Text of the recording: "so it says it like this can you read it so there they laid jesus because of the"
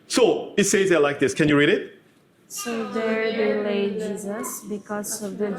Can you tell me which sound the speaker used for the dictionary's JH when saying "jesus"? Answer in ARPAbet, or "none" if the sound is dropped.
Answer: JH